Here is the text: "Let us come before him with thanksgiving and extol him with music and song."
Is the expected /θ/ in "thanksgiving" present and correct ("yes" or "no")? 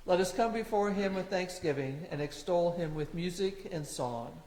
yes